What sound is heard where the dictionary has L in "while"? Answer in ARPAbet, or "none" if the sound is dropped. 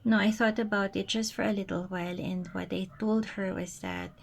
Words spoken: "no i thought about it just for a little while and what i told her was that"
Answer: L